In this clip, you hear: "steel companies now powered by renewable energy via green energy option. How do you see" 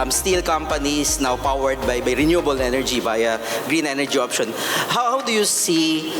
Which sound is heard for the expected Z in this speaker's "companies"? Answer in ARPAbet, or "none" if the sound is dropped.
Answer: S